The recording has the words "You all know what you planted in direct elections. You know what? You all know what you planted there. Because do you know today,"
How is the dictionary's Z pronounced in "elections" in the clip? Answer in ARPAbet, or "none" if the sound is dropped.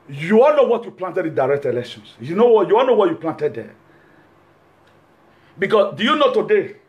S